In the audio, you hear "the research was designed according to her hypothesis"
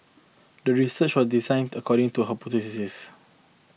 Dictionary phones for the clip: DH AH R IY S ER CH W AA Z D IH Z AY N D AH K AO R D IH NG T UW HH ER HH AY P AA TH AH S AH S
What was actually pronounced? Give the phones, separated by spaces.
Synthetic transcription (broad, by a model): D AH R IY S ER CH W AA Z D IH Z AY N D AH K AO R D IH NG T UW HH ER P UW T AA S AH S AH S